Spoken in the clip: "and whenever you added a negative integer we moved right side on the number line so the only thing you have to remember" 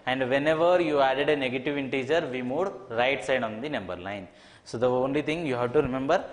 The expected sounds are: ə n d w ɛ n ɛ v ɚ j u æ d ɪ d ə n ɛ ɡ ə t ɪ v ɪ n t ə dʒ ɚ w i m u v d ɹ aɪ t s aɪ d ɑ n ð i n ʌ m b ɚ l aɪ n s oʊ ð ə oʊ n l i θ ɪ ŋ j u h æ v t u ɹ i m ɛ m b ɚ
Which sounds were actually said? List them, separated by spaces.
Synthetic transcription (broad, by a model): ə n d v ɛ n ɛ v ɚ j u æ d ɪ d ə n ɛ ɡ ə t ɪ v ɪ n t ə dʒ ɚ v i m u d ɹ aɪ t s aɪ d ɑ n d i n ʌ m b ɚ l aɪ n s oʊ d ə oʊ n l i t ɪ ŋ j u h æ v t u ɹ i m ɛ m b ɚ